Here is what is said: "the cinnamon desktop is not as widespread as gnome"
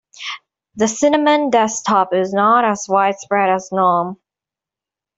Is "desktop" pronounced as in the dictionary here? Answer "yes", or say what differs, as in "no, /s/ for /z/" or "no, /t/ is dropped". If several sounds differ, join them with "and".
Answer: no, /k/ is dropped